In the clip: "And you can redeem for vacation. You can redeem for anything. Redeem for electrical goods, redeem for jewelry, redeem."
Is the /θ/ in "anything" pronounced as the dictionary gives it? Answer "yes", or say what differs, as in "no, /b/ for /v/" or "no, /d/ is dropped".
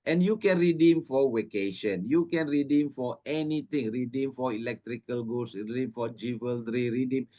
no, /t/ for /θ/